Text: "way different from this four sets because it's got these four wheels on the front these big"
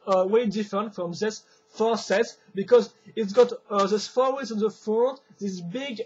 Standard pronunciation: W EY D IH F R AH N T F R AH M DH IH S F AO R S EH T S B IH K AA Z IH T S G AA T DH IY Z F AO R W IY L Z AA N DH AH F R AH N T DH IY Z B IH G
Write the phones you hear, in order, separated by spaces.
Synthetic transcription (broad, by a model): W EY D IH F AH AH N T F R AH M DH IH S F AO R S EH T S B IH K AA Z IH T S G AA T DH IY S F AO R W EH Z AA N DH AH F AO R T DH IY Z B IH G